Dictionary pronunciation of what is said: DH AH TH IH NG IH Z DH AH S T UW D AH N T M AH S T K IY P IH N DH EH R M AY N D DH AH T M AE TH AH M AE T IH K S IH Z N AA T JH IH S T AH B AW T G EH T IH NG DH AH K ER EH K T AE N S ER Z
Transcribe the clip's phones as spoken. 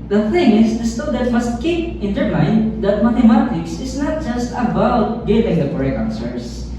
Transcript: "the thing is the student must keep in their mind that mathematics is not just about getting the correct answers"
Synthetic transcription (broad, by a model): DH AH TH IH NG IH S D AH S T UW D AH T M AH S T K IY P IH N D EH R M AY N D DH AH T M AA T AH M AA T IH K S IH S N AA T JH IH S T AH B AW T G EH T IH NG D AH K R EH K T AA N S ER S